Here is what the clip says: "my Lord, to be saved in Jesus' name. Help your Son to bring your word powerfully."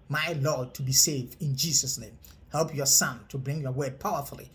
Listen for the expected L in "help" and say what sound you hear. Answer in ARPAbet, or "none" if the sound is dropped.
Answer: L